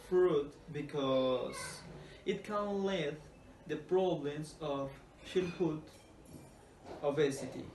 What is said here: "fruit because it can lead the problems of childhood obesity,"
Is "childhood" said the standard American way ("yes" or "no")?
no